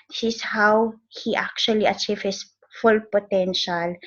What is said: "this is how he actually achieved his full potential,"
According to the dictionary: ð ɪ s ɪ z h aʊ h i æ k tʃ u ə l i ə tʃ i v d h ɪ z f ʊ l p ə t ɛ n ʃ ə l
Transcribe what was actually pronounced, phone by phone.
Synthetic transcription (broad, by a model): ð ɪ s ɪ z h aʊ h i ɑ k tʃ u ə l i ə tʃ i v h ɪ s f ʊ l p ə t ɛ n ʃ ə l